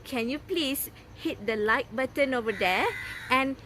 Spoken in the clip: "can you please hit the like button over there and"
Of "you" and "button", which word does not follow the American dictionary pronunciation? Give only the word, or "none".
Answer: none